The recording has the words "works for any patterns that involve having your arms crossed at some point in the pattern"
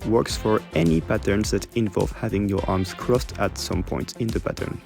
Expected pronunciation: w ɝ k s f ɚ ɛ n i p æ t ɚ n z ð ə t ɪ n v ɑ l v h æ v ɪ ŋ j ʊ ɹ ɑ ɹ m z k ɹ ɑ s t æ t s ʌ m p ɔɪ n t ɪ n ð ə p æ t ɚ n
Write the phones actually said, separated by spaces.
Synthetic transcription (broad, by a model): w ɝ k s f ɚ ɛ n i p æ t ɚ n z ð ə t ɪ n v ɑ l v h æ v ɪ ŋ j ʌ ɹ ɑ ɹ m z k ɹ ɑ s t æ t s ʌ m p ɔɪ n t ɪ n ð ə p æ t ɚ n